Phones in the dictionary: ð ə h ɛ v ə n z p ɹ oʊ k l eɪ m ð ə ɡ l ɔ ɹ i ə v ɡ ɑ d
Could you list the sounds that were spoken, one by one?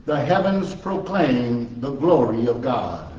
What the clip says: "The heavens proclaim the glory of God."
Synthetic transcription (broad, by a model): ð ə h ɛ v ə n z p ɹ oʊ k l eɪ m ð ə ɡ l ɔ ɹ i ə v ɡ ɑ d